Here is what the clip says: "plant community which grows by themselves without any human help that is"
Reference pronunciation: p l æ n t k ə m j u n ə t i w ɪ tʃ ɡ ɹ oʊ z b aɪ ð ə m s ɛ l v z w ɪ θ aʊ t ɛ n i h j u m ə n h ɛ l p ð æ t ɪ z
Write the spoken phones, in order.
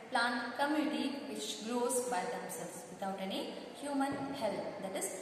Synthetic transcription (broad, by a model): p l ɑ n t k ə m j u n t i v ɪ tʃ ɡ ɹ oʊ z b aɪ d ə s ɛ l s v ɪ t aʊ t ɛ n i h j u m ə n h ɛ l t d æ t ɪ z